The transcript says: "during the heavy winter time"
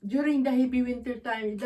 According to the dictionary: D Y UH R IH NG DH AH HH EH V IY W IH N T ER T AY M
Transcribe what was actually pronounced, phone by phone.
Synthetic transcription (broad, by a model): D Y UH R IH NG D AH HH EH B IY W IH N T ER T AY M